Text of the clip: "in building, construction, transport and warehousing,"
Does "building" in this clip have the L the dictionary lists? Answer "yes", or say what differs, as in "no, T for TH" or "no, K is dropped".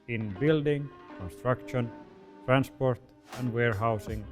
yes